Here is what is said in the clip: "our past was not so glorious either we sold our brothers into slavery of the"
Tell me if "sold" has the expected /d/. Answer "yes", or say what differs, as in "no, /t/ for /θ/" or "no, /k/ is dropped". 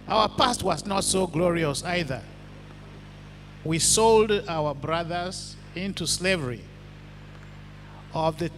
yes